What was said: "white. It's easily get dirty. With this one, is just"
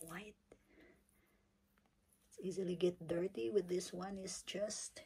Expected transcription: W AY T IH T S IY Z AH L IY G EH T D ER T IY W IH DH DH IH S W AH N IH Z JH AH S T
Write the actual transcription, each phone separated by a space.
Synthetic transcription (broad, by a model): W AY IH T S IY Z AH L IY G EH T D ER T IY W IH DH DH IH S W AH N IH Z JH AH S T